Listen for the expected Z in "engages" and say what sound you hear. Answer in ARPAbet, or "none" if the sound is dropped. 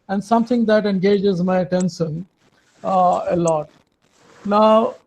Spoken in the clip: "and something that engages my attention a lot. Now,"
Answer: Z